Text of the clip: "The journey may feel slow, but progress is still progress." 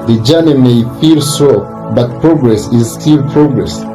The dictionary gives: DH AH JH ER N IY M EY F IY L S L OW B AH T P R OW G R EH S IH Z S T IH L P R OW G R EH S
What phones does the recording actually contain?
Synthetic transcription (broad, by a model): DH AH JH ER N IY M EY F IY L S OW B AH T P R OW G R EH S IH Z S T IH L P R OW G R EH S